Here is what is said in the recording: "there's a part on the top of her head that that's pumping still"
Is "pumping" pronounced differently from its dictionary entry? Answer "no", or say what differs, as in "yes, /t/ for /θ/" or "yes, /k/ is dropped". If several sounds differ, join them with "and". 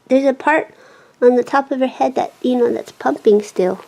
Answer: no